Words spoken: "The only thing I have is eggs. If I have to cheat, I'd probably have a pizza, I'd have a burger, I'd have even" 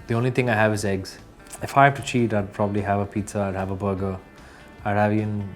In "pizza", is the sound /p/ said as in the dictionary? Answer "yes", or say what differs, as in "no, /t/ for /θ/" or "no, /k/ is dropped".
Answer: yes